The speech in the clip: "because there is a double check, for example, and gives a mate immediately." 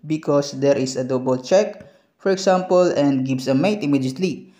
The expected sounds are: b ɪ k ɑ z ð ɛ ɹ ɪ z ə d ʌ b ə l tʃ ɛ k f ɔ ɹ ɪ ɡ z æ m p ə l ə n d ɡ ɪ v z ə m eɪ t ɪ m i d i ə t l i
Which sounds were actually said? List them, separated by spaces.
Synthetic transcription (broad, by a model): b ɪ k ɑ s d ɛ ɹ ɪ s ə d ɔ b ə l tʃ ɛ k f ɔ ɹ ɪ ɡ s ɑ m p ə l ə n d ɡ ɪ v s ə m eɪ t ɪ m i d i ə t l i